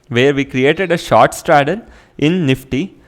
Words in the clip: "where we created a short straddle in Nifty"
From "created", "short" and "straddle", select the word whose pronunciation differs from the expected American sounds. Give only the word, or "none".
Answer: straddle